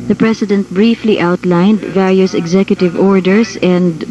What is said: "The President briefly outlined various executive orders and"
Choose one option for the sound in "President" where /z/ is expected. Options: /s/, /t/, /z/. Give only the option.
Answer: /s/